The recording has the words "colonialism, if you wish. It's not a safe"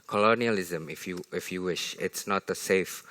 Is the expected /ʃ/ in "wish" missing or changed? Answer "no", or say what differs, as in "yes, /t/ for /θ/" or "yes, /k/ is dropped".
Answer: no